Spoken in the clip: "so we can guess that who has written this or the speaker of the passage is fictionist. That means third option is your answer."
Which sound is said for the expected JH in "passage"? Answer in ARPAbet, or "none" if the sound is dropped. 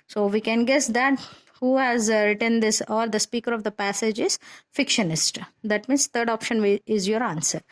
JH